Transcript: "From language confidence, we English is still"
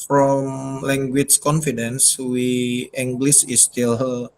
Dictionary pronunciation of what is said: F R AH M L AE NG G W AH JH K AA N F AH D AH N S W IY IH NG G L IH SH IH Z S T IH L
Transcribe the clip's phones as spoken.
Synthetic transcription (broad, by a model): F R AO M L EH NG G W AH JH K AA N F AH D AH N S W IY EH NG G L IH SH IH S T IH L